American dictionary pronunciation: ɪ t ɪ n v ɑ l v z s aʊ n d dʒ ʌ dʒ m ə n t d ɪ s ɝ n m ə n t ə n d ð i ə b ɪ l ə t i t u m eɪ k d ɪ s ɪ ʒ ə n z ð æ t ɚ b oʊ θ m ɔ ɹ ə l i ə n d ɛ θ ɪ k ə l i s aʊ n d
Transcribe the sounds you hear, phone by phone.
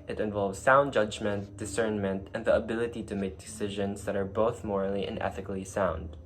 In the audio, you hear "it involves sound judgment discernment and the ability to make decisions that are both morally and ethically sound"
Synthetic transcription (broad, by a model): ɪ t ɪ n v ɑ l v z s aʊ n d dʒ ʌ dʒ m ə n t d ɪ s ɝ n m ə n t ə n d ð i ə b ɪ l ə t i t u m eɪ k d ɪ s ɪ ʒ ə n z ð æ t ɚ b oʊ θ m ɔ ɹ ə l i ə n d ɛ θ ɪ k l i s aʊ n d